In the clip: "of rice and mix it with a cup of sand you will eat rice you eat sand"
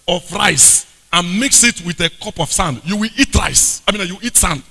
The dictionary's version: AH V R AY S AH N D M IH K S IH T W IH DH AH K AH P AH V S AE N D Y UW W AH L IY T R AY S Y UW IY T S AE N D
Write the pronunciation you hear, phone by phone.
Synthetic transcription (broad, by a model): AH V R AY S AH N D M IH K S IH T W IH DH AH K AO P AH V S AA N D Y UW W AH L IY T R AY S Y UW IY T S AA N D